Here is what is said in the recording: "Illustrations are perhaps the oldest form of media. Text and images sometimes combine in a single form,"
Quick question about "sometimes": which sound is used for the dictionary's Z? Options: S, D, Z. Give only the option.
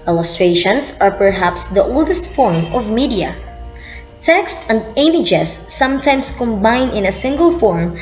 S